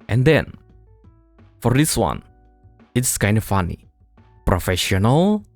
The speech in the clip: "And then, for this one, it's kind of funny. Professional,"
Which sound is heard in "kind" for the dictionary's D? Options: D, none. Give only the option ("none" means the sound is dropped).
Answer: D